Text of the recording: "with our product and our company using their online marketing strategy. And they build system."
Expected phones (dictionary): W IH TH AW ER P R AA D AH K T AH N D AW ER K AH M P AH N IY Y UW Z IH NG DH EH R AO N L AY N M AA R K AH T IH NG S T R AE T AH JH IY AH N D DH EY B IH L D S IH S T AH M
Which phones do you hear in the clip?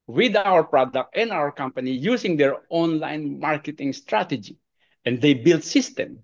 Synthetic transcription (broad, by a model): W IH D AW ER P R AA D AH K T AH N D AW ER K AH M P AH N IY Y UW S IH NG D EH R AO N L AY N M AA R K AH T IH NG S T R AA T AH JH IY AH N D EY B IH L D S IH S T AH M